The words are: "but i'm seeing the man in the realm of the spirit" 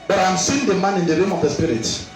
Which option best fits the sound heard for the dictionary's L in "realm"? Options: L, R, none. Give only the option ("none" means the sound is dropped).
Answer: none